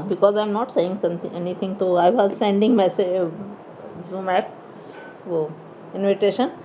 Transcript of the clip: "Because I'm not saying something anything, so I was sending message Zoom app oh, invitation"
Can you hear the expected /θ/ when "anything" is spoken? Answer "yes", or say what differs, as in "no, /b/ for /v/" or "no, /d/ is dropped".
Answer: no, /t/ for /θ/